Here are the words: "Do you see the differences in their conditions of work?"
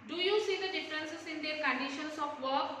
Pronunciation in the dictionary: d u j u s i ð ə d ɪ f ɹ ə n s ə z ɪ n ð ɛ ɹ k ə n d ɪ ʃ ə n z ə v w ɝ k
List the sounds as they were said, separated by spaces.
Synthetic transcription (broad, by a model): d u j u s i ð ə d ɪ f ɹ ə n s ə s ɪ n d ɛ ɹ k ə n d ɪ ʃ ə n s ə p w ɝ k